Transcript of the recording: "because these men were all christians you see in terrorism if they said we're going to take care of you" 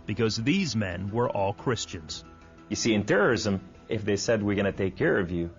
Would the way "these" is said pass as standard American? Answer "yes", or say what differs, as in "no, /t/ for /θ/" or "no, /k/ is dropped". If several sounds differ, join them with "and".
yes